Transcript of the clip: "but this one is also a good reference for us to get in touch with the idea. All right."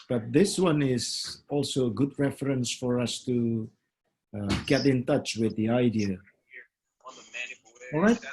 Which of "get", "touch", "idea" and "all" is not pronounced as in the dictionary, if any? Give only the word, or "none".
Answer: none